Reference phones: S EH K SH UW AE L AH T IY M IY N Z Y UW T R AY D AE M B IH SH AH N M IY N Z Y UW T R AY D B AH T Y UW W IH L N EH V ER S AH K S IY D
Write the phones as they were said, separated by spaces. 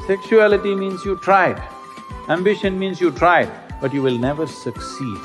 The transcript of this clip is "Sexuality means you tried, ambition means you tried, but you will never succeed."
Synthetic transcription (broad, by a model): S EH K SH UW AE L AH T IY M IY N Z Y UW T R AY D AE M B IH SH AH N M IY N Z Y UW T R AY D B AH T Y UW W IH L N EH V ER S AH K S IY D